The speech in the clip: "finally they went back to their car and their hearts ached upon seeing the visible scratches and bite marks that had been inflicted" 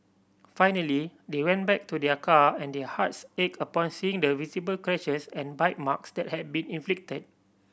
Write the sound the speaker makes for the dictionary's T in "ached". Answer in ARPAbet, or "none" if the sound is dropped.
none